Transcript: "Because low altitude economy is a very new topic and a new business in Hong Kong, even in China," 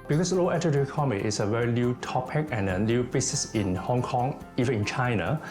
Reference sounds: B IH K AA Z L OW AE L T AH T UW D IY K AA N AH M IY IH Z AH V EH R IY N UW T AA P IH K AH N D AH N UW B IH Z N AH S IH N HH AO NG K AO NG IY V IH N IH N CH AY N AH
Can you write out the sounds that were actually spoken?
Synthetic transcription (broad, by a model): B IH K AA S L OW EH T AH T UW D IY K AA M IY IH S AH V EH R IY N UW T AA P IH K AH N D AH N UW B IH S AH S IH N HH AO NG K AO NG IY V IH N IH N CH AY N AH